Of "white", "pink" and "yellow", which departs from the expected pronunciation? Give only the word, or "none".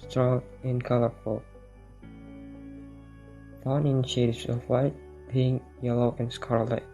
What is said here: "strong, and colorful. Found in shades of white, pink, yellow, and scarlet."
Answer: pink